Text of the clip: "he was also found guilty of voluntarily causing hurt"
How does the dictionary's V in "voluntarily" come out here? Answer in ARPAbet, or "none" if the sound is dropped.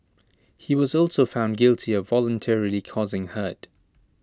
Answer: V